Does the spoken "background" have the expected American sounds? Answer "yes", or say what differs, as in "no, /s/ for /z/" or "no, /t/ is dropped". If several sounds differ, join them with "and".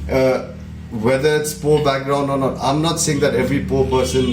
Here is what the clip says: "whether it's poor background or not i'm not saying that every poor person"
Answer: yes